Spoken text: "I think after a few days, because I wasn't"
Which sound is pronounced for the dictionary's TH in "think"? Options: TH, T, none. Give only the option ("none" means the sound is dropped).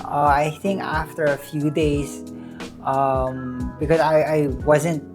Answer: TH